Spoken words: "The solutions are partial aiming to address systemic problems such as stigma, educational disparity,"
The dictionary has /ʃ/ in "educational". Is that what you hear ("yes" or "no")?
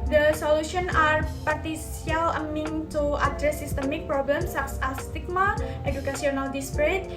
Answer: no